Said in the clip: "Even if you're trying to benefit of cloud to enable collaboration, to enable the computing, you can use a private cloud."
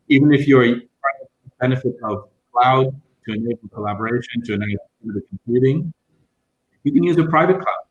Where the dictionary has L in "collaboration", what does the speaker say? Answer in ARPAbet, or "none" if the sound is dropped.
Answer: L